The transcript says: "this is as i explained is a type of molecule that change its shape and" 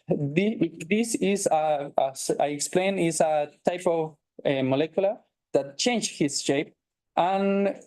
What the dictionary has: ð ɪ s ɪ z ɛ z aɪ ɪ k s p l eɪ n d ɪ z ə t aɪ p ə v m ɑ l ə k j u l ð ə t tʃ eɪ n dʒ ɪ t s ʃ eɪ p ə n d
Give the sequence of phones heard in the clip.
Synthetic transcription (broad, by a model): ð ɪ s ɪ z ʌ s aɪ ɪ k s p l eɪ n ɪ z ə t aɪ p ə v m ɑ l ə k j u l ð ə t tʃ eɪ n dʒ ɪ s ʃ eɪ p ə n